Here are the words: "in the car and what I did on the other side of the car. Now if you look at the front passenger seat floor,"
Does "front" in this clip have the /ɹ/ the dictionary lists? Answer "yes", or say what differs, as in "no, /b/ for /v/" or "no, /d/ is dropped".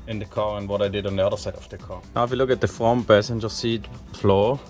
no, /ɹ/ is dropped